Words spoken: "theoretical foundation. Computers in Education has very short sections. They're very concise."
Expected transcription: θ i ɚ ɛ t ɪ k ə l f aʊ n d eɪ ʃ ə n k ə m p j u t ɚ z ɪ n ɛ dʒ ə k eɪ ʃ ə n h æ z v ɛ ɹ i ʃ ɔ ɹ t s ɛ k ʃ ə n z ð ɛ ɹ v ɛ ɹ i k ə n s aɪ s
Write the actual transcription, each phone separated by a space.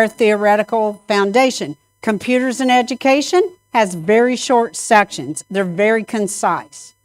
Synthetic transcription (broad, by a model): θ i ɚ ɛ t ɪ k l f aʊ n d eɪ ʃ ə n k ə m p j u t ɚ z ɪ n ɛ dʒ ə k eɪ ʃ ə n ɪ z v ɛ ɹ i ʃ ɔ ɹ t s ɛ k ʃ ə n z ð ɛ ɹ v ɛ ɹ i k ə n s aɪ s